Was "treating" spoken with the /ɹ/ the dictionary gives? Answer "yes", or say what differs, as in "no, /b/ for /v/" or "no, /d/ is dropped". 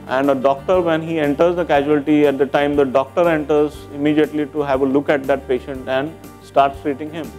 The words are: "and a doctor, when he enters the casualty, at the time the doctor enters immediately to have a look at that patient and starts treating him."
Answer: yes